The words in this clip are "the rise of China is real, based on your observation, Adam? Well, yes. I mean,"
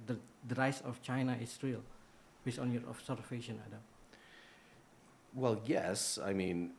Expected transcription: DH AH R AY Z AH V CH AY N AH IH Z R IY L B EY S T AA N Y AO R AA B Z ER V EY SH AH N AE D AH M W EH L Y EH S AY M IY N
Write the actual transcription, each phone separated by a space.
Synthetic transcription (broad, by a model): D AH R AY S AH F CH AY N AH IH S R IY L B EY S AA N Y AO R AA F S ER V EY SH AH N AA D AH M W EH L Y EH S AY M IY N